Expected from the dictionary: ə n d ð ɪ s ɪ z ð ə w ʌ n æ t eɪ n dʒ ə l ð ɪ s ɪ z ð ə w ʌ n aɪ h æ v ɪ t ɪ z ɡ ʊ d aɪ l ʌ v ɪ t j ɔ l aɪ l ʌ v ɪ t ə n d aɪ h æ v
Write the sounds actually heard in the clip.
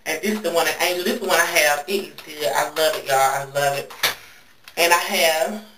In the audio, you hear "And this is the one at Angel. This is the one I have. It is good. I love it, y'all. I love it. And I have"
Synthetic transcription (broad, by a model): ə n ð ɪ s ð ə w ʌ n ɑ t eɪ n ð ɪ s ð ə w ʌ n aɪ h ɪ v ɪ t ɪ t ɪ aɪ l ʌ v ɪ t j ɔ aɪ l ʌ v ɪ t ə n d aɪ h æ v